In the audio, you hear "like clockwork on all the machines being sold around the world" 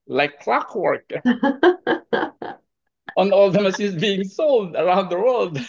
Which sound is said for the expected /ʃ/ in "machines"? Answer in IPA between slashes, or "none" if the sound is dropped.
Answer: /s/